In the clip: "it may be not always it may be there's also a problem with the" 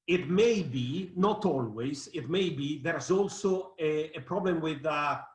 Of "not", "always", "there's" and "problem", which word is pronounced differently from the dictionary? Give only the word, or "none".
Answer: none